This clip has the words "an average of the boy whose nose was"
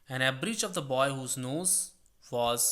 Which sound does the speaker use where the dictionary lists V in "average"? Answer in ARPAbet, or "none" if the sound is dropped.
B